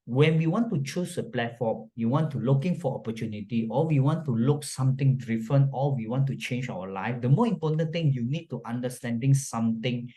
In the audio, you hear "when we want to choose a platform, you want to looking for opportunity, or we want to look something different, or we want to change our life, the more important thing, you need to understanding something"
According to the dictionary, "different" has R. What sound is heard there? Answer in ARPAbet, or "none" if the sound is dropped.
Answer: none